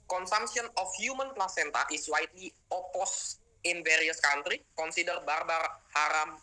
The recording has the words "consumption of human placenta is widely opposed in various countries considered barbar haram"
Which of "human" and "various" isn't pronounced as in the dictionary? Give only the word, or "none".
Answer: none